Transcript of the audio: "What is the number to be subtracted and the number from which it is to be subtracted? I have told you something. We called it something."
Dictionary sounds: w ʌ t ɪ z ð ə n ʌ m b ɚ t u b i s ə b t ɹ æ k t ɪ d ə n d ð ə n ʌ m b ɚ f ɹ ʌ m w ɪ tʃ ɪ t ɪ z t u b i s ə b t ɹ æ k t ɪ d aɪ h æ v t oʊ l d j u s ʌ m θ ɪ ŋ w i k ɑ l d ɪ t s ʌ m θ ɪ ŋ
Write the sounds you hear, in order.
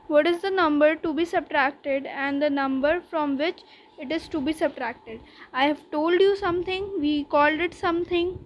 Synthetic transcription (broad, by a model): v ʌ t ɪ z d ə n ʌ m b ɚ t u b i s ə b t ɹ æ k t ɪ d ə n d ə n ʌ m b ɚ f ɹ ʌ m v ɪ tʃ ɪ t ɪ z t u b i s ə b t ɹ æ k t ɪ d aɪ h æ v t oʊ l d j u s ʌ m t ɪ ŋ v i k ɑ l d ɪ t s ʌ m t ɪ ŋ